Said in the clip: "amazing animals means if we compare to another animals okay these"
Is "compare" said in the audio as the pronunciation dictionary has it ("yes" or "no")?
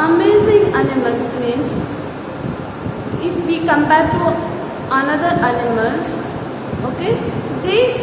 no